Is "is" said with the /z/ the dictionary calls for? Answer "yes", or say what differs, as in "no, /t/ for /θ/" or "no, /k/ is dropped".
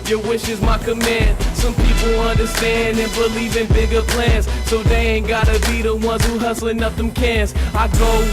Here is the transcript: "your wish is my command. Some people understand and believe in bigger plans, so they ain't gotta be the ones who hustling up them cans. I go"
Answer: yes